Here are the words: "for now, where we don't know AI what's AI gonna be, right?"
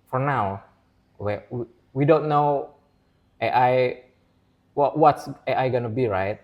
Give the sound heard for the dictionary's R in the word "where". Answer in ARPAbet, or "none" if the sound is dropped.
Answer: W